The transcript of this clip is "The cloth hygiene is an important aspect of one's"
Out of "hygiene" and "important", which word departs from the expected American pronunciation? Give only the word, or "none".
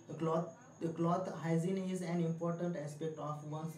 hygiene